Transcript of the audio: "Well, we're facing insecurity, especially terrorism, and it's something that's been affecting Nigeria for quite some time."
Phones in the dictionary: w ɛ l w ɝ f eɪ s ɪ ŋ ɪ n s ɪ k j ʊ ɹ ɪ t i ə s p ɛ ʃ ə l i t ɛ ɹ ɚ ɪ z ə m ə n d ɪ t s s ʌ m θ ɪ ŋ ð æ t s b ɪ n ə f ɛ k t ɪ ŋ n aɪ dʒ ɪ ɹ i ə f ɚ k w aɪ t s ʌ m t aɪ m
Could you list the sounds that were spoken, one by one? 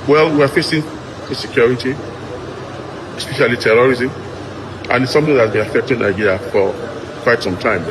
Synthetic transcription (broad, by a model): w ɛ l w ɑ f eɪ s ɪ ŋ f s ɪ k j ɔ ɹ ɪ t i ə s p ɛ ʃ ə l i t ɛ ɹ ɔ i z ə m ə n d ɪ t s s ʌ m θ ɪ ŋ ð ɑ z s b ɪ n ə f ɛ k t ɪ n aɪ ɪ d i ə f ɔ k w aɪ t s ʌ m t aɪ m